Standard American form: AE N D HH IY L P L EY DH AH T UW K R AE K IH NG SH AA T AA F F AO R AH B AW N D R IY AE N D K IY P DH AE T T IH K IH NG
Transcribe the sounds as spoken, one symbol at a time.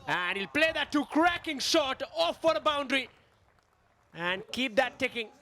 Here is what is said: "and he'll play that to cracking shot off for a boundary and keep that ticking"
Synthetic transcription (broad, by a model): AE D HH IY L P L EY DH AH T UW K R AE K IH NG SH AA T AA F F AO R AH B AW N D R IY AE N D K IY P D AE T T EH K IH NG